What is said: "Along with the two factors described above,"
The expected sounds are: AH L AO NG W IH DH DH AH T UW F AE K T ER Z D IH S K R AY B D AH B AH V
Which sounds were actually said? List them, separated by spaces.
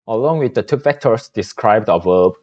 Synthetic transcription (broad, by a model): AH L AO NG W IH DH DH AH T UW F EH K T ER S D IH S K R AY B D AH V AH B